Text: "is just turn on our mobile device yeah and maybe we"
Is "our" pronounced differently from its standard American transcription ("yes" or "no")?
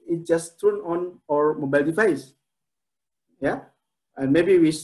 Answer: no